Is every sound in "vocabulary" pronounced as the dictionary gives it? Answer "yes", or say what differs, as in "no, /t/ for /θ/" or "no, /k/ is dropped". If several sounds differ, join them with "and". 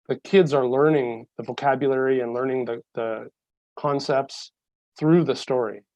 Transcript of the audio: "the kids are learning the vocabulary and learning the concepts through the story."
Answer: yes